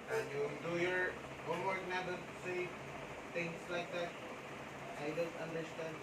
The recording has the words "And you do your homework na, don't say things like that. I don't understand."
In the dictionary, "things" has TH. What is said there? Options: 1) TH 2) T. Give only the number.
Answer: 2